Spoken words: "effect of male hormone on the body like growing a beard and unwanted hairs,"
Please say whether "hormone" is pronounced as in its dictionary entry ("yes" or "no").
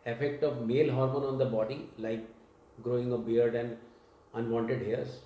yes